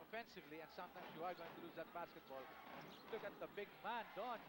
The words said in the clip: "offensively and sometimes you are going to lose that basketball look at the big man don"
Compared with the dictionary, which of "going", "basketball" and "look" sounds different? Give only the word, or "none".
none